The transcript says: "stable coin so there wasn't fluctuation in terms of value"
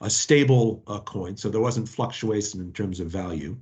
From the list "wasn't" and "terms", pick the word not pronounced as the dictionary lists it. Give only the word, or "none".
none